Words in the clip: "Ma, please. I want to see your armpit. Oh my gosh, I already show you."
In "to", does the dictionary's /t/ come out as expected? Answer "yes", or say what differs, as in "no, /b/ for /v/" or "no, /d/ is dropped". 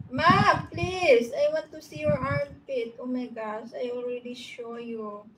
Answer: yes